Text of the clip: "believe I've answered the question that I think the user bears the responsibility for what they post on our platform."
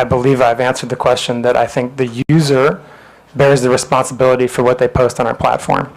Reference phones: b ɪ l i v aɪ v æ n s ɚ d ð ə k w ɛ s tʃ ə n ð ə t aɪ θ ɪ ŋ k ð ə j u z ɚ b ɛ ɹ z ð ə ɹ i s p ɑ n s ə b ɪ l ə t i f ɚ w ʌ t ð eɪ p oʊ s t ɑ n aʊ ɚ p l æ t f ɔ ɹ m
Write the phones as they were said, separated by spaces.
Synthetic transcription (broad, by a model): b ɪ l i v aɪ v æ n s ɚ d ð ə k w ɛ s tʃ ə n ð ə t aɪ θ ɪ ŋ k ð ə j u z ɚ b ɛ ɹ z ð ə ɹ i s p ɑ n s ə b ɪ l ə t i f ɚ w ʌ t ð eɪ p oʊ s t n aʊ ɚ p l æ t f ɔ ɹ m